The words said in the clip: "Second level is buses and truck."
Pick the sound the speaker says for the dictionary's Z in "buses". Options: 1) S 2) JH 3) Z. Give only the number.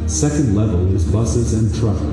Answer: 3